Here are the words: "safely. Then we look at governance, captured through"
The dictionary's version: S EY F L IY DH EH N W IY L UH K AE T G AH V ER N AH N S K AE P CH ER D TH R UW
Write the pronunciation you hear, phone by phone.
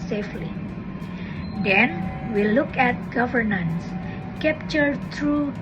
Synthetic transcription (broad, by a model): S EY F L IY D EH N W IY L UH K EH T G AH V ER N AH N S K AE P CH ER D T R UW